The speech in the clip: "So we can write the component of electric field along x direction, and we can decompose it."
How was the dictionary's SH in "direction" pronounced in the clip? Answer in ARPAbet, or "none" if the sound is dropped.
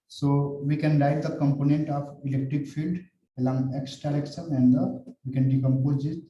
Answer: S